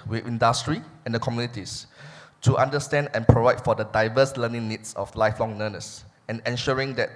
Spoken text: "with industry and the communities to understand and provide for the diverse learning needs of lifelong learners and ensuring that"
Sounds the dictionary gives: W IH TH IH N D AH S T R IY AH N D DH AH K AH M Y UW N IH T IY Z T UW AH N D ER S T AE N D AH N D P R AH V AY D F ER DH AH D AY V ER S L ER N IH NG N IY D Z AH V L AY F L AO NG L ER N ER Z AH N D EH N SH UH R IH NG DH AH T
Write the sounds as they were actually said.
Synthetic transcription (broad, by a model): W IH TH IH N D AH S T R IY AH N D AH K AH M Y UW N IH T IY S T UW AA N D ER S T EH N D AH N P R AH V AY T F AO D AH D AY V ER S L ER N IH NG N IY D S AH F L AY F L AO NG N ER N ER S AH N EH N SH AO R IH NG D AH T